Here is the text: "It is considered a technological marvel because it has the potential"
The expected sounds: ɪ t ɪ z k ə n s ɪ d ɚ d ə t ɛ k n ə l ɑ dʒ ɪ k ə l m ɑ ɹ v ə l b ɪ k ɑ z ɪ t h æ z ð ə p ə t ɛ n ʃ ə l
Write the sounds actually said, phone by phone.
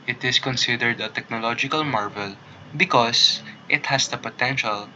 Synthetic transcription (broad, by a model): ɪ t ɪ s k ə n s ɪ d ɚ d ə t ɛ k n ə l ɑ dʒ ɪ k ə l m ɑ ɹ v ə l b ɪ k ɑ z ɪ t h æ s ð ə p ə t ɛ n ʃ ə l